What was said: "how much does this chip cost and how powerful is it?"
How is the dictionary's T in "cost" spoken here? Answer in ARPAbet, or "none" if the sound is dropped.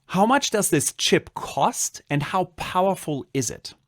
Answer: T